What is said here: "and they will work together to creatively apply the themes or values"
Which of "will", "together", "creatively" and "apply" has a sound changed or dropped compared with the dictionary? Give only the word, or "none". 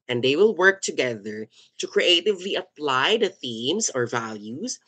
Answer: none